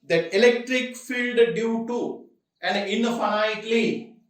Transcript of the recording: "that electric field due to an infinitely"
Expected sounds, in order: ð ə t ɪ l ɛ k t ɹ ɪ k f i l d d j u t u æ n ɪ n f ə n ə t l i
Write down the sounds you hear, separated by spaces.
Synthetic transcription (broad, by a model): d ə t ɪ l ɛ k t ɹ ɪ k f i l d d j u t u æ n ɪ n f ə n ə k l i